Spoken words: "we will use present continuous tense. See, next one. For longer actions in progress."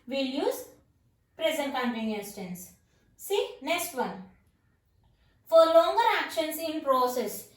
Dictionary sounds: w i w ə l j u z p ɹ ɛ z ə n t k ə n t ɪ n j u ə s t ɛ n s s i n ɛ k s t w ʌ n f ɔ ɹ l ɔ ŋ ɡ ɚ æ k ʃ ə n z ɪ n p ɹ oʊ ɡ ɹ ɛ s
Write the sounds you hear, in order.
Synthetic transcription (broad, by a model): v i l j u z p ɹ ɛ z ə n t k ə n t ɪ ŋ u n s t ɛ n s s i n ɛ k s t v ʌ n f ɔ ɹ l ɔ ŋ ɡ ɚ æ k ʃ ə n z ɪ n p ɹ oʊ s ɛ s